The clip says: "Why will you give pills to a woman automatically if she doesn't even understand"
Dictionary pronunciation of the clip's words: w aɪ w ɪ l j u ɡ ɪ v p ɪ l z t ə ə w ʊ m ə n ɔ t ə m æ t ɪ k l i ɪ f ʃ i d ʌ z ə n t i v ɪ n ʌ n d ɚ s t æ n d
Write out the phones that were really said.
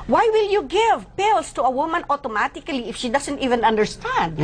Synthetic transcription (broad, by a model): w aɪ w ɪ l j u ɡ ɪ v p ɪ l s t ə ə w ʊ m ə n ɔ t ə m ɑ t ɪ k l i ɪ f ʃ i d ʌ s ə n t i v ɪ n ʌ n d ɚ s t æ n d